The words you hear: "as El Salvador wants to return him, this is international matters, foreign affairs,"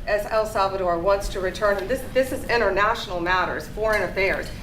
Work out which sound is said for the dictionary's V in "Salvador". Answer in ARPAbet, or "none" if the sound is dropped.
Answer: V